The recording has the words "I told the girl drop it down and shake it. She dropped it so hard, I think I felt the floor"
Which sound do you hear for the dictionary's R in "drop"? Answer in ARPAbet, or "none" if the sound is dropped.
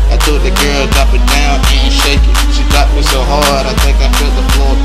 none